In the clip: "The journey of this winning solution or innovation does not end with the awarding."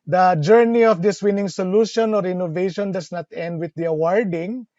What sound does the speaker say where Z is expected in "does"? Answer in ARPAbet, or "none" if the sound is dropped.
S